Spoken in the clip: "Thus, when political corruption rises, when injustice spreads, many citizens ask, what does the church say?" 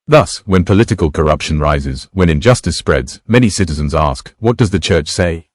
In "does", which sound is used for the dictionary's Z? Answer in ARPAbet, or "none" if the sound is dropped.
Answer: Z